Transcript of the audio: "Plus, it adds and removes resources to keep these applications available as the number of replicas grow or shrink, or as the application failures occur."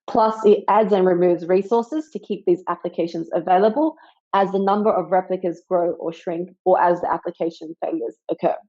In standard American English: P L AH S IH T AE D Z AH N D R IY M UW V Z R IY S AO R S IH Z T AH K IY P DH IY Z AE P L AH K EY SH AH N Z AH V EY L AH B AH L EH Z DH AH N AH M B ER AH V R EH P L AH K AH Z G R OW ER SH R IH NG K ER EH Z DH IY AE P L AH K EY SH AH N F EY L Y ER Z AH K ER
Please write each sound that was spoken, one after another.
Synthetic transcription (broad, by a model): P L AH S IH T AE D Z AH N R IY M UW V Z R IY S AO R S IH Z T AH K IY P DH IY Z AE P L AH K EY SH AH N Z AH V EY L AH B AH L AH Z DH AH N AH M B ER AH V R EH P L AH K AH Z G R OW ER SH R IH NG K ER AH Z DH IY AE P L AH K EY SH AH N F EY L Y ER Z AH K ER